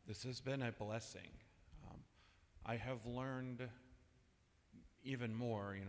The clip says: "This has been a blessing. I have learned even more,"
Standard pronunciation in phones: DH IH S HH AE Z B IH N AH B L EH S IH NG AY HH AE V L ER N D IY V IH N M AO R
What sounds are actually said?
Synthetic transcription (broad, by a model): DH IH S HH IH Z B IH N AH B L EH S IH NG AY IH V L ER N D IY V IH N M AO R